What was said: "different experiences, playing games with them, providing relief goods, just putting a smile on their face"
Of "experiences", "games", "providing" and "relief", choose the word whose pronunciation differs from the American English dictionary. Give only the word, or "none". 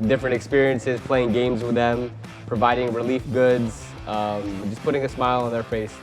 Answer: none